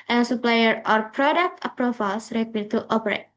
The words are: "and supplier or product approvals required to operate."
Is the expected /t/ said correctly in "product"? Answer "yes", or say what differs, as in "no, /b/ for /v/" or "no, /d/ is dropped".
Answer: yes